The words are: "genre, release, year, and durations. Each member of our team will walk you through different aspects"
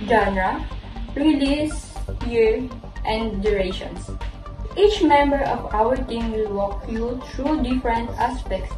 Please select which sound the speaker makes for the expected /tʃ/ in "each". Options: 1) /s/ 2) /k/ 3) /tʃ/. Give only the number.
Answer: 3